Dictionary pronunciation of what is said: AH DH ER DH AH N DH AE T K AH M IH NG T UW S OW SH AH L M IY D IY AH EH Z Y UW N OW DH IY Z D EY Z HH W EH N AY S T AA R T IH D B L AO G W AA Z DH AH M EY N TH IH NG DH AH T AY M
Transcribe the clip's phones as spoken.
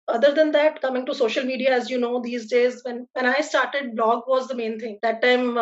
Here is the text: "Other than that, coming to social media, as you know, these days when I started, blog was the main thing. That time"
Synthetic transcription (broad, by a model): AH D ER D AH N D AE T K AH M IH NG T UW S OW SH AH L M IY D IY AH EH Z Y UW N OW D IY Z D EY Z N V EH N AY S T AA R T IH D B L AO G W AA Z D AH M EY N T IH NG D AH T AY M